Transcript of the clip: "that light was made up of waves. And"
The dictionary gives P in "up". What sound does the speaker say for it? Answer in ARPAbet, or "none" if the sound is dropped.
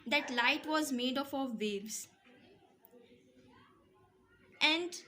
F